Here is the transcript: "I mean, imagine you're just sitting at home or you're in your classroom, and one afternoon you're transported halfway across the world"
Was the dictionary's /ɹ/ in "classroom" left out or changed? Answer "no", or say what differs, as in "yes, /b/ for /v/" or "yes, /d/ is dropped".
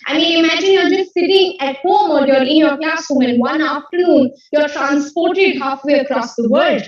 yes, /ɹ/ is dropped